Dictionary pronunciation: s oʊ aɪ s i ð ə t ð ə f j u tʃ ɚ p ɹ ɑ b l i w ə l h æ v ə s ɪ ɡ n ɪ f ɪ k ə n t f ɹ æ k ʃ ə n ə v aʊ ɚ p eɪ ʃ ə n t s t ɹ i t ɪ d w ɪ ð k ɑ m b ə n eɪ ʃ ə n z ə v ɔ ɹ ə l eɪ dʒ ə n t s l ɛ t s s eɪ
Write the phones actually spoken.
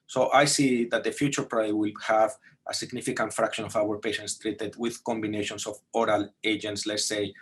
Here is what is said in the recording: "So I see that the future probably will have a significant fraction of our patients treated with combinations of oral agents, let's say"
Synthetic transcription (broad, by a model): s oʊ aɪ s i ð ə t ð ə f j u tʃ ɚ p ɹ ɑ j w ə l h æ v ə s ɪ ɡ n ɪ f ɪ k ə n t f ɹ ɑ k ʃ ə n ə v aʊ ɚ p eɪ ʃ ə n t s t ɹ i t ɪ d w ɪ ð k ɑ m b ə n eɪ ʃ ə n s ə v ɔ ɹ ə l eɪ dʒ ə n t s l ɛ t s s eɪ